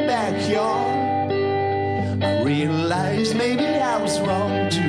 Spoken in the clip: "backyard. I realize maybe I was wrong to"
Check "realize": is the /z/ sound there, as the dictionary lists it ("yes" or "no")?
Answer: yes